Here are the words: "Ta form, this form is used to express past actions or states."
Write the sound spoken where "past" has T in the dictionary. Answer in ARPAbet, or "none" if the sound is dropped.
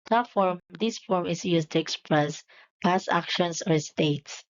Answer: none